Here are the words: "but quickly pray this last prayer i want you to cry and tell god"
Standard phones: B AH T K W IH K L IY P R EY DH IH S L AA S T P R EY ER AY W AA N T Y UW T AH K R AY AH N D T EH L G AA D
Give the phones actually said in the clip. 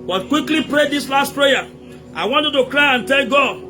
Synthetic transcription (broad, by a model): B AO T K W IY K L IY P R EY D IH S L AA S T P R EY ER AY W AA N T Y UW T AH K R AY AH N T EH L G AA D